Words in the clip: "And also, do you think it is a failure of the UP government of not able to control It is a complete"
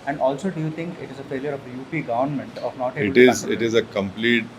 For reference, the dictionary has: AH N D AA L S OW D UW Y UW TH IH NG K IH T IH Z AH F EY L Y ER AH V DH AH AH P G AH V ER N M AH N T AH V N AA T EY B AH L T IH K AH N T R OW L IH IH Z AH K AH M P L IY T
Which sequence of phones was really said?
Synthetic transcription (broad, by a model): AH N D AA L S OW D UW Y UW T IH NG K IH T IH Z AH F EY L Y ER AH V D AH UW P G AH V ER N M AH N T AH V N AA T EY AH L T IH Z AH T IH IH Z AH K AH M P L IY T